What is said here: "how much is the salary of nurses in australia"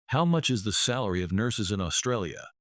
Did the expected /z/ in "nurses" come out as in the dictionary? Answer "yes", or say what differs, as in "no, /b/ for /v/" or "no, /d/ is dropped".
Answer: yes